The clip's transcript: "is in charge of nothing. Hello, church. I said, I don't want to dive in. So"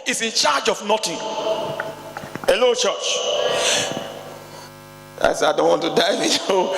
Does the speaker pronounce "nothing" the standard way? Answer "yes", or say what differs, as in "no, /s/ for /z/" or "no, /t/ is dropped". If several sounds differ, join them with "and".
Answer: no, /t/ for /θ/